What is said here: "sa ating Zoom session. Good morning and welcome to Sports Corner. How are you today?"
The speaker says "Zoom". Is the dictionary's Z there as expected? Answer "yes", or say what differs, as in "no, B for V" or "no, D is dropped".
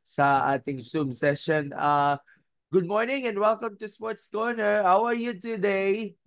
no, S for Z